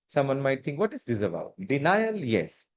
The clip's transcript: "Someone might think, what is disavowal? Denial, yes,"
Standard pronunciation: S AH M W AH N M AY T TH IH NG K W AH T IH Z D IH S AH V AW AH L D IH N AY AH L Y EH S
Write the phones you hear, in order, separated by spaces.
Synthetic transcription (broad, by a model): S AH M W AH N M AY T T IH NG K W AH T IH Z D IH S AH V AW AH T D IH N AY AH L Y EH S